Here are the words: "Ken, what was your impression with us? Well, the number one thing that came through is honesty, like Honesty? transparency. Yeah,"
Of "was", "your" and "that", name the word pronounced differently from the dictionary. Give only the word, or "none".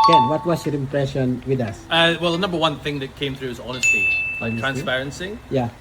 was